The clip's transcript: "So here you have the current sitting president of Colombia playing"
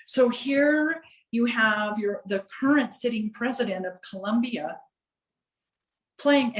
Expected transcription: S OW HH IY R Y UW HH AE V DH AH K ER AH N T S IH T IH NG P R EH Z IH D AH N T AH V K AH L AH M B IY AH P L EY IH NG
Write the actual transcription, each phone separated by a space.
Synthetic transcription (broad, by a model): S OW HH IY R Y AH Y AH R DH AH K ER AH N T S IH T IH NG P R EH Z IH D AH N T AH V K AH L AH M B IY AH P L EY IH NG